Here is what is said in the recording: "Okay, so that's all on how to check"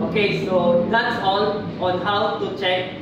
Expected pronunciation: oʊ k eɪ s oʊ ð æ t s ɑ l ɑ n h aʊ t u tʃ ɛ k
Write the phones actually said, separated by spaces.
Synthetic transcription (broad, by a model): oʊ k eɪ s oʊ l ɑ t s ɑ n ɑ n h aʊ t u tʃ ɛ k